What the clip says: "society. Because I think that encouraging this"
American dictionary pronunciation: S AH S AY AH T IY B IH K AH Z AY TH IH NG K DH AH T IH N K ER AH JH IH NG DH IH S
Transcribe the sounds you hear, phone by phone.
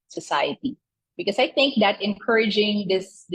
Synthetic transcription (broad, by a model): S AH S AY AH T IY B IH K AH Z AY TH IH NG K DH AH T IH N K ER AH JH IH NG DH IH S